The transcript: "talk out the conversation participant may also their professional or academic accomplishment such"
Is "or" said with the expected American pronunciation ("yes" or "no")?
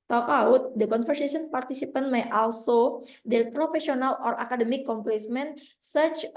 yes